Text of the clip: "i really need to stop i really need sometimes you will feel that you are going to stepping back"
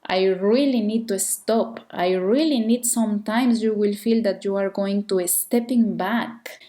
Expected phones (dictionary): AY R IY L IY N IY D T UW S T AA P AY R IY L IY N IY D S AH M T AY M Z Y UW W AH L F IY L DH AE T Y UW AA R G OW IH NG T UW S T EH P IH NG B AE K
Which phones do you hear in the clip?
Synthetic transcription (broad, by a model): AY R IY L IY N IY D T UW S T AA P AY R IY L IY N IY D S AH M T AY M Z Y UW W AH L F IY L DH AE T Y UW AA R G OW IH NG T UW S T EH P IH NG B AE K